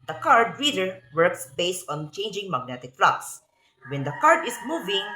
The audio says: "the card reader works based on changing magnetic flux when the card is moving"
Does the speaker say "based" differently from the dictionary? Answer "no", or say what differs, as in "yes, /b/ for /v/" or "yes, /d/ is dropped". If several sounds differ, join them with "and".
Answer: no